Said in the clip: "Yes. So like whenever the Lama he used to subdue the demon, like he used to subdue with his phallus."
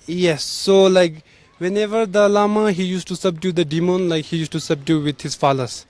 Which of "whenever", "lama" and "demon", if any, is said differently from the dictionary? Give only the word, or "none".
none